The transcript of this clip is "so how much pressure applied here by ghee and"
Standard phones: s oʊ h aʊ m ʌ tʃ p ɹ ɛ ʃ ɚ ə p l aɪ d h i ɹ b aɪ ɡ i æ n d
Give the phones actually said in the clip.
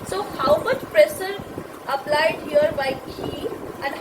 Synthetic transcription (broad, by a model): s oʊ h aʊ m ʌ tʃ p ɹ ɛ s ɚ ə p l aɪ d h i ɹ b aɪ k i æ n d